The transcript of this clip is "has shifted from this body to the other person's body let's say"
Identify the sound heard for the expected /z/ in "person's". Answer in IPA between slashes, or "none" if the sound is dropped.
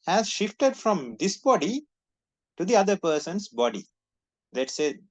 /s/